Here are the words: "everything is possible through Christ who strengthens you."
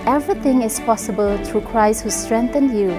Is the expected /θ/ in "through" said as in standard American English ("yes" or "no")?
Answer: no